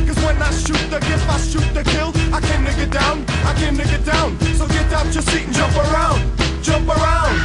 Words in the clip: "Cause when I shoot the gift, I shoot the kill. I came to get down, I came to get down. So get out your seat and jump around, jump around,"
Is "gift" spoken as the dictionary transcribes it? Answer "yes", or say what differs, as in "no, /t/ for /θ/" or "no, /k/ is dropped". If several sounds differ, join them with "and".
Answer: no, /t/ is dropped